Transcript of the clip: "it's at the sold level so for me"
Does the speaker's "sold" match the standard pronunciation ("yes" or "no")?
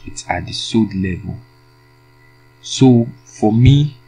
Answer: no